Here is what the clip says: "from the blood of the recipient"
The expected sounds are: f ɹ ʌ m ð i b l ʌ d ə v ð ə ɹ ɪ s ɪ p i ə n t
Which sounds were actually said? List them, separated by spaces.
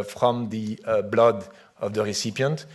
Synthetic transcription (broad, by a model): f ɹ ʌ m ð i b l ʌ d ə v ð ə ɹ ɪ s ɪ p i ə n t